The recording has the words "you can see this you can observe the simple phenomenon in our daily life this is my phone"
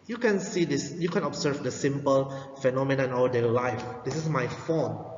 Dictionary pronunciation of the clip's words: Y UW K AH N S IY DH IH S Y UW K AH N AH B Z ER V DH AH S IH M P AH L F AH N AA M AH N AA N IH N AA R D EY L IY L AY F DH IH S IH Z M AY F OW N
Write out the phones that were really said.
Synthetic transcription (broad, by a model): Y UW K AH N S IY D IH S Y UW K AH N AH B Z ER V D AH S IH M P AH L F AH N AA M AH N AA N N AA L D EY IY L AY F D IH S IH S M AY F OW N